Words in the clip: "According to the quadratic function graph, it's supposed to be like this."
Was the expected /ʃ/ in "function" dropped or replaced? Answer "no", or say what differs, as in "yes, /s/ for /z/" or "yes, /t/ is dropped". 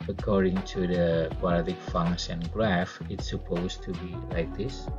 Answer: yes, /s/ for /ʃ/